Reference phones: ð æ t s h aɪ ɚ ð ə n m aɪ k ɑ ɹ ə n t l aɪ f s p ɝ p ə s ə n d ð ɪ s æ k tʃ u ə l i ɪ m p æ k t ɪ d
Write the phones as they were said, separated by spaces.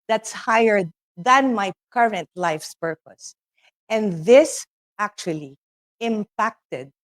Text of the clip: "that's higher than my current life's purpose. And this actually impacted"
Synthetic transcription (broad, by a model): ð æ t s h aɪ ɚ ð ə n m aɪ k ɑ ɹ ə n t l aɪ f s p ɝ p ə s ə n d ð ɪ s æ k tʃ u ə l i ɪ m p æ k t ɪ d